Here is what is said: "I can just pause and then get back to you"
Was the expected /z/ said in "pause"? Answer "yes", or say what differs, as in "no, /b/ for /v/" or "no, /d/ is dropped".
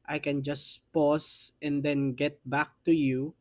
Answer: no, /s/ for /z/